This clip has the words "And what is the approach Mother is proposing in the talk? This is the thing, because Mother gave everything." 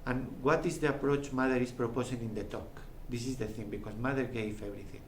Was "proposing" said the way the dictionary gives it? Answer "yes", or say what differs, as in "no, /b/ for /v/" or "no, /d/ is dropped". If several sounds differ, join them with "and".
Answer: no, /s/ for /z/